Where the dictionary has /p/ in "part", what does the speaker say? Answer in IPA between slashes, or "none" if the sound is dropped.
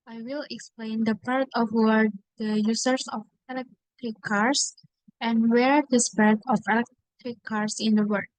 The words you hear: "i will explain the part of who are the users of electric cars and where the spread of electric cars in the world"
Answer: /p/